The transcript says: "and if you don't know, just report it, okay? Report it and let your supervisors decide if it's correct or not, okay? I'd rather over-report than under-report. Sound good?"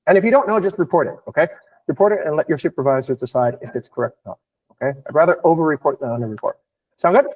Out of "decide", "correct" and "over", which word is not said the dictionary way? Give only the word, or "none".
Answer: none